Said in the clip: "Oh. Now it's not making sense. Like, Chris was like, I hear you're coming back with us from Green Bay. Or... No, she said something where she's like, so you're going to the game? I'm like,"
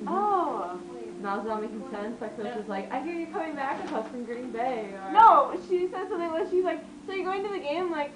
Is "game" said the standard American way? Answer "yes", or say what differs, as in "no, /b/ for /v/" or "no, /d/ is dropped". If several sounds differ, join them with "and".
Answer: no, /m/ is dropped